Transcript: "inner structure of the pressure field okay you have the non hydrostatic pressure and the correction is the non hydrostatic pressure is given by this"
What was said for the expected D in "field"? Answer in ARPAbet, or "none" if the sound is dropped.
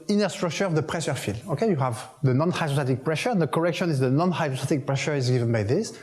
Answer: none